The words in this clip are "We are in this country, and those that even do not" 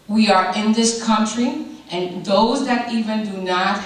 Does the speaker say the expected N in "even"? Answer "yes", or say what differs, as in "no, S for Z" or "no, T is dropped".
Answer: yes